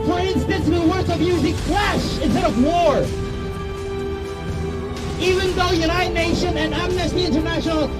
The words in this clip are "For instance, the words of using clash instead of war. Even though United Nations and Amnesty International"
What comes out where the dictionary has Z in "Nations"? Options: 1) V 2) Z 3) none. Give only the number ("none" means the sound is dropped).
3